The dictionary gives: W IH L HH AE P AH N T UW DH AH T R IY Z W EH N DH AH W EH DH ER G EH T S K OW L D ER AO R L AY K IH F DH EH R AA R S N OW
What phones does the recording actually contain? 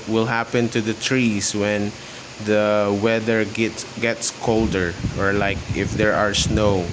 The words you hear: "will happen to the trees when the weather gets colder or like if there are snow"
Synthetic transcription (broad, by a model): W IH L HH AE P AH N T UW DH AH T R IY S W EH N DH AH W EH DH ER G EH T S K OW L D ER AO R L AY K IH F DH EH R AA R S N OW